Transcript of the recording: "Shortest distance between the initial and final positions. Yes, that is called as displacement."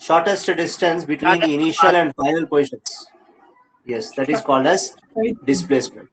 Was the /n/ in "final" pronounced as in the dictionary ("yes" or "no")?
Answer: no